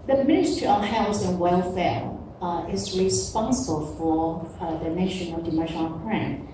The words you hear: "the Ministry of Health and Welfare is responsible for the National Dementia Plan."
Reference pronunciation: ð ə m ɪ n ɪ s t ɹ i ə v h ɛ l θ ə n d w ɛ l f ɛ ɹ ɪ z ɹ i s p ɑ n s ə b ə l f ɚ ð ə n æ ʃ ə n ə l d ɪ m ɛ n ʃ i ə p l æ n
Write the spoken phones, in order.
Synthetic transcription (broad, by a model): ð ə m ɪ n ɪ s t i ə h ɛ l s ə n w ɛ l f ɛ ɹ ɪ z ɹ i s p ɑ n s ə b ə l f ɚ ð ə n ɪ ʃ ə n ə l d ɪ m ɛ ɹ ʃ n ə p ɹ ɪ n